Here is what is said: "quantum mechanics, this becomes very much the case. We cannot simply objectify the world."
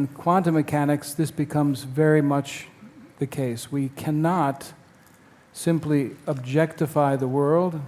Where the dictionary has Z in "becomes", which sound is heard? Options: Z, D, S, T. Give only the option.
Z